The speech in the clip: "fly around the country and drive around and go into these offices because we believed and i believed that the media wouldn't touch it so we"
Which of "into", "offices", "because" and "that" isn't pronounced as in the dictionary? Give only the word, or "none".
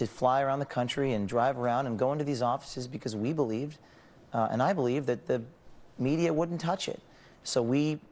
none